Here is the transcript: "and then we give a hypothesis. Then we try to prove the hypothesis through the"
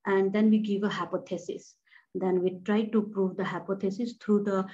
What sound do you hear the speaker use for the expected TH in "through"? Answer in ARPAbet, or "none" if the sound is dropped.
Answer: T